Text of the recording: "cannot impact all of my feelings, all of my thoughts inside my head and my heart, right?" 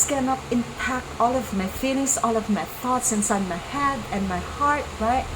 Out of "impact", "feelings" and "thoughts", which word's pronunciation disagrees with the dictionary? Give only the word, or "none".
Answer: feelings